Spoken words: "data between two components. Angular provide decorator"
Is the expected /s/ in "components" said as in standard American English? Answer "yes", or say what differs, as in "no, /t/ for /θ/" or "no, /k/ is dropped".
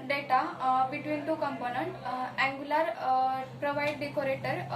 no, /s/ is dropped